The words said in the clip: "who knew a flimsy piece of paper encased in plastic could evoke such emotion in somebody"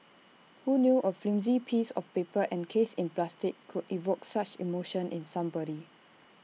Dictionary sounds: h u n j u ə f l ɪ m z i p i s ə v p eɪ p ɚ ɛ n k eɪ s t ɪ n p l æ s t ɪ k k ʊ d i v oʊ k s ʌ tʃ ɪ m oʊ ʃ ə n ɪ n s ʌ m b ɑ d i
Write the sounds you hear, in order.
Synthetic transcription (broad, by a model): h u n j u ə f l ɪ m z i p i s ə f p eɪ p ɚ ɛ n k eɪ s ɪ n p l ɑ s t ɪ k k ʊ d i v oʊ k s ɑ tʃ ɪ m oʊ ʃ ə n ɪ n s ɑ m b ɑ d i